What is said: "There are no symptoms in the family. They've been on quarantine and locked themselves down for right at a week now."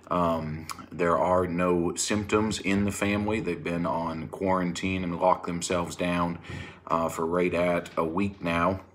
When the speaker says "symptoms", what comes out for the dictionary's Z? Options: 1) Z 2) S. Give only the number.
1